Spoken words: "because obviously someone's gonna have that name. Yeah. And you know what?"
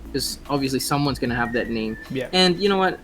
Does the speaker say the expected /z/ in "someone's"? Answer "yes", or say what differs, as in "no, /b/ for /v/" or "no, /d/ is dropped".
yes